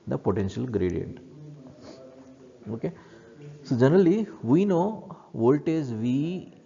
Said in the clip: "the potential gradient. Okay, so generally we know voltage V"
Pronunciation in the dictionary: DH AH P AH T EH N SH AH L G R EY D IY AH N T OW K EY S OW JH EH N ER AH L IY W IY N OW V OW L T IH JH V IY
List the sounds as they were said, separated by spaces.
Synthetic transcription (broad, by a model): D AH P AH T EH N SH AH L G R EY D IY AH N T OW K EY S OW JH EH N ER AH L IY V IY N OW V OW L T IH Z V IY